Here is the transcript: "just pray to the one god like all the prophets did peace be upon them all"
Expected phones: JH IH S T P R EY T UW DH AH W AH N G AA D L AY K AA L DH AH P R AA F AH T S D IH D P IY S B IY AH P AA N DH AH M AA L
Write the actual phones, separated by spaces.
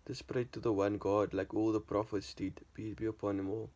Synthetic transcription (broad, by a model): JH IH S P R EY T UW DH AH W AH N G AA D L AY K AA L DH AH P R AA F AH T S D IH D B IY B IY AH P AA N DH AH M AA L